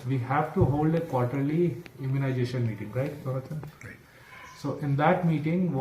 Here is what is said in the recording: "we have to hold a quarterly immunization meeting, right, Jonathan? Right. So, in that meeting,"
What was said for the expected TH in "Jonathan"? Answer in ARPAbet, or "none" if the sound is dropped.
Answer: T